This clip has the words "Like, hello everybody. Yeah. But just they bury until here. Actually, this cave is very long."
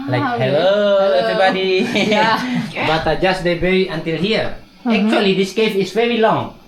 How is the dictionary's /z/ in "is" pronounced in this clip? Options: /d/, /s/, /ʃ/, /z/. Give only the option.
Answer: /s/